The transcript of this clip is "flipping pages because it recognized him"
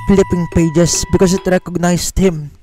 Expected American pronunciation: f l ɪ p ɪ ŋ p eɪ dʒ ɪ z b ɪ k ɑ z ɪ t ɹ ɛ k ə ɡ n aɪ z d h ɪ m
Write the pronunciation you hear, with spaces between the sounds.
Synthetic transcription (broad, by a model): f l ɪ p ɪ ŋ p eɪ dʒ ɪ s b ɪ k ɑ s ɪ t ɹ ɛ k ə ɡ n aɪ s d h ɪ m